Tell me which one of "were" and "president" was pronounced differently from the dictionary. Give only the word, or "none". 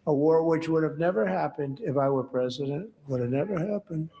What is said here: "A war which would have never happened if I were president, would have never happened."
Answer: none